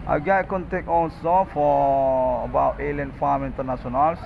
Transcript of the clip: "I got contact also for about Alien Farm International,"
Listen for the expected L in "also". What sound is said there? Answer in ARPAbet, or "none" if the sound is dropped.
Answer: N